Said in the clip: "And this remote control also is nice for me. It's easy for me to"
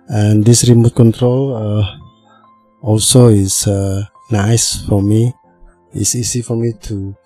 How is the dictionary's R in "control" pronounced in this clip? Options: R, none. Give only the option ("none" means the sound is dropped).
R